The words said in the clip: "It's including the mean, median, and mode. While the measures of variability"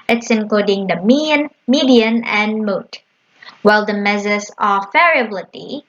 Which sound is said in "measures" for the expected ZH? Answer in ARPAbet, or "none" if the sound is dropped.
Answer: Z